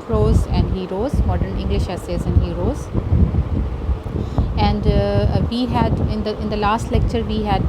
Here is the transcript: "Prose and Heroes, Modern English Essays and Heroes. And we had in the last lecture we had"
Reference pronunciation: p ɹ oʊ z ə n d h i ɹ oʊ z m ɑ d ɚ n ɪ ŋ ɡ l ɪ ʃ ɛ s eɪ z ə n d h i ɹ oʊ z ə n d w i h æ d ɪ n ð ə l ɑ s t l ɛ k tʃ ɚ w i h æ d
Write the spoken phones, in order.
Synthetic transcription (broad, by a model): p ɹ oʊ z ə n d h i ɹ oʊ z m ɑ d ɚ n ɪ ŋ ɡ l ɪ ʃ ɛ s eɪ z ə n d h i ɹ oʊ z ə n d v i h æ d ɪ n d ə l ɑ s t l ɛ k tʃ ɚ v i h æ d